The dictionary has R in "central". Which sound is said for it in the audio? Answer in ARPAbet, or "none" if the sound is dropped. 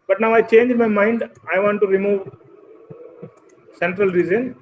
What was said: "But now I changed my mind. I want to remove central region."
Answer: R